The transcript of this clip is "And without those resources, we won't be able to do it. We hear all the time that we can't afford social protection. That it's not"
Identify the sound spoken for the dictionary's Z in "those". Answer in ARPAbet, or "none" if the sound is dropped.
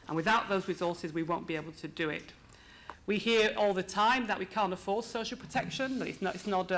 Z